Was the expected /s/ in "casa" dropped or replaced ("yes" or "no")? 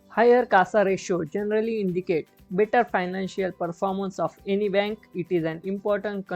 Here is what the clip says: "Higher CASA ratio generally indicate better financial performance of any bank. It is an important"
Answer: no